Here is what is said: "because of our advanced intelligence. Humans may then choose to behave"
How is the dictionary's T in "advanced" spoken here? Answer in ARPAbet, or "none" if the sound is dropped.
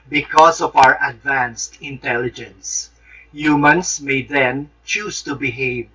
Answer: T